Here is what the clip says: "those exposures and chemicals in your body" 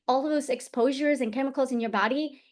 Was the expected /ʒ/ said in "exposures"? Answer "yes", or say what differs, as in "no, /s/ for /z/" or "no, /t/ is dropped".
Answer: yes